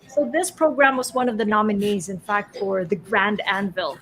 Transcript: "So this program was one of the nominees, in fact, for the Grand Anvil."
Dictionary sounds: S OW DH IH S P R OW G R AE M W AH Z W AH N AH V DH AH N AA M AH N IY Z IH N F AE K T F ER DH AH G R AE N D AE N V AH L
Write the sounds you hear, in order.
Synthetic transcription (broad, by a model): S OW DH IH S P R OW G R AE M W AH Z W AH N AH V DH AH N AA M AH N IY Z IH N F AE K T F ER DH AH G R AE N D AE N V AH L